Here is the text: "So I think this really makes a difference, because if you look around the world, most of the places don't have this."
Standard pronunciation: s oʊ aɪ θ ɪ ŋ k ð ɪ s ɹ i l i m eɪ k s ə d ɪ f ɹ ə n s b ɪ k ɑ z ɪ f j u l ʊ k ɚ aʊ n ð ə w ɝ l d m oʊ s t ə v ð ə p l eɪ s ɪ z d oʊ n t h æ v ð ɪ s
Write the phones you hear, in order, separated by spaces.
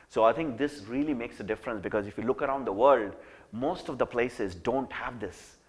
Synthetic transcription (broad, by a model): s oʊ aɪ t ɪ ŋ k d ɪ s ɹ i l i m eɪ k s ə d ɪ f ɹ ə n s b ɪ k ɑ z ɪ f j u l ʊ k ɚ aʊ n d ə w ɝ l d m oʊ s t ə v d ə p l eɪ s ɪ z d oʊ n t h æ v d ɪ s